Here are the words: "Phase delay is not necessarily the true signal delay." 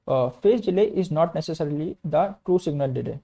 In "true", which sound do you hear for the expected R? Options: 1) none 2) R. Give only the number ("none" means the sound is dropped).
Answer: 2